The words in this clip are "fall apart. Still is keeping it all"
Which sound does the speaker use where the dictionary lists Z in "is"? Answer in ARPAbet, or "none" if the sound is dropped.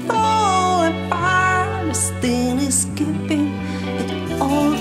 S